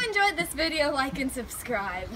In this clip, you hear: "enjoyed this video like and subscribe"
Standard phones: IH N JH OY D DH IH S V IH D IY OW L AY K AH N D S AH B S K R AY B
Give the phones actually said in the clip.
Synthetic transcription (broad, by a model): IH N JH OY D DH IH S V IH D IY OW L AY K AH N S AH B S K R AY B